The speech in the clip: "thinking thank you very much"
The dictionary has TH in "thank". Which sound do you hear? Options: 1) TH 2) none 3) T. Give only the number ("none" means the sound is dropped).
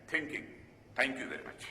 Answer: 3